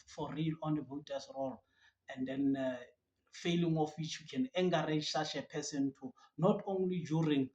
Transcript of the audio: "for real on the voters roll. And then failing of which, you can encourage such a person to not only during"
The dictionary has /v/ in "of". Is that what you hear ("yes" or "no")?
no